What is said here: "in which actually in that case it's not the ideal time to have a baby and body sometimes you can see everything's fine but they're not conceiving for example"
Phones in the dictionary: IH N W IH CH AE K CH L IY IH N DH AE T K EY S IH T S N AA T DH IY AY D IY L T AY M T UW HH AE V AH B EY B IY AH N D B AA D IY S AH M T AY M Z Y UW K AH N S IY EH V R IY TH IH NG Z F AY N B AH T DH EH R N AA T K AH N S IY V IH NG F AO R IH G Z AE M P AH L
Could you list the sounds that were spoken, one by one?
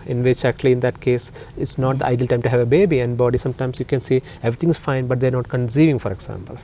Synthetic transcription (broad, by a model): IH N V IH CH AE K CH L IY IH N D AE T K EY S IH T S N AA T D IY AY D IY L T AY M T UW HH AE V AH B EY B IY AH N D B AA D IY S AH M T AY M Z Y UW K AH N S IY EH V R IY T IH NG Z F AY N B AH T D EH R N AA T K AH N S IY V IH NG F AO R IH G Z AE M P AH L